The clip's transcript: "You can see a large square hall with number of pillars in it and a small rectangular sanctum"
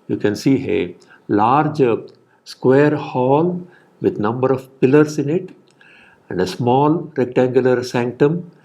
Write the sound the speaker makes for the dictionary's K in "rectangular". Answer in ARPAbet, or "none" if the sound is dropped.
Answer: K